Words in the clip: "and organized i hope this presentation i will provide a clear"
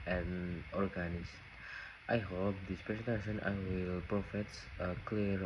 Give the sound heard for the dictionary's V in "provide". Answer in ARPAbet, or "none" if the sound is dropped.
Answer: F